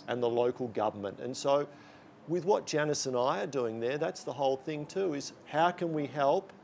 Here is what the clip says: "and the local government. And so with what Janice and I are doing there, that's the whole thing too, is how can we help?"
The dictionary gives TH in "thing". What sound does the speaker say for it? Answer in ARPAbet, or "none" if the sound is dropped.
TH